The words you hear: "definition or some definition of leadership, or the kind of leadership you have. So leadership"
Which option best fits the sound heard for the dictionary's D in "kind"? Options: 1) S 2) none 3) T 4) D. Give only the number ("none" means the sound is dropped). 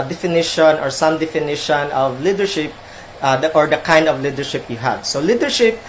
4